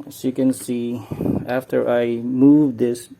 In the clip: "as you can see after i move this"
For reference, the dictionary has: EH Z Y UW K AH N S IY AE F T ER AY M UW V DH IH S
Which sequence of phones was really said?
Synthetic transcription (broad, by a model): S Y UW K AH N S IY AE F T ER AY M UW V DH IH S